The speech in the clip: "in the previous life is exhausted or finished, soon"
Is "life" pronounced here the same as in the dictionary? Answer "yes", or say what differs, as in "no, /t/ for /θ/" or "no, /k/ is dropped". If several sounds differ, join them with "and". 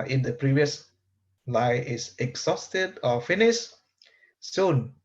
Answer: no, /f/ is dropped